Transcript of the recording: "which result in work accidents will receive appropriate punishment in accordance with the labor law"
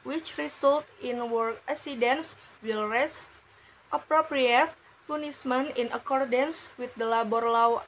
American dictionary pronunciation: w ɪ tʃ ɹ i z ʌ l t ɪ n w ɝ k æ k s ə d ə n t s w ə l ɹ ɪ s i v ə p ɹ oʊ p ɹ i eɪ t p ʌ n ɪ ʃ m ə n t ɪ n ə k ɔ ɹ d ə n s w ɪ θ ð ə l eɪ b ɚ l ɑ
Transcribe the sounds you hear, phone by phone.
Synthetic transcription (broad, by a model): w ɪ tʃ ɹ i s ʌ l t ɪ n w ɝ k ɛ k s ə d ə n s w ə l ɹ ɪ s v ə p ɹ oʊ p ɹ i eɪ t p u n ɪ s m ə n ɪ n ə k ɔ ɹ d ə n s w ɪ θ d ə l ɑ b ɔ l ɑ